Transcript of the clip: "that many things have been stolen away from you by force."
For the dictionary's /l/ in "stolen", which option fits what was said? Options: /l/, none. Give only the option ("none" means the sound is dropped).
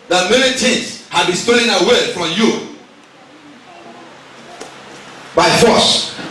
none